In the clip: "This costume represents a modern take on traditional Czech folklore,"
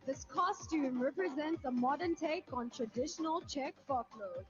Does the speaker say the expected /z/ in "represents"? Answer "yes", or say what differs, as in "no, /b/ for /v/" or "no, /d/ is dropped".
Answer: yes